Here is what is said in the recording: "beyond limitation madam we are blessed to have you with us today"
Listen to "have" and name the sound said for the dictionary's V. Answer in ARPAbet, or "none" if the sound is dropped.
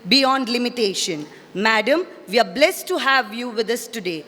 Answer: V